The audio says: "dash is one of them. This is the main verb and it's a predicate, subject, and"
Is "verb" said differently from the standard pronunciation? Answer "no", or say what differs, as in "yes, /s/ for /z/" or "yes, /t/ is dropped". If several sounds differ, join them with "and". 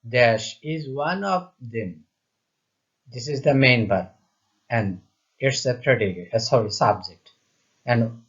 yes, /b/ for /v/ and /b/ is dropped